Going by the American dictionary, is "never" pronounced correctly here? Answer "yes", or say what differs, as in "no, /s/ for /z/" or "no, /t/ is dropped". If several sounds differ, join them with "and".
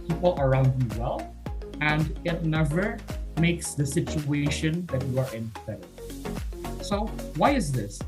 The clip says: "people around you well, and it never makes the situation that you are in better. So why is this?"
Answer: yes